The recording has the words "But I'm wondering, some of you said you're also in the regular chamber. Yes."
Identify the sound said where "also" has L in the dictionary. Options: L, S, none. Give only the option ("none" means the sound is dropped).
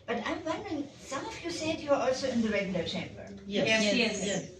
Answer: L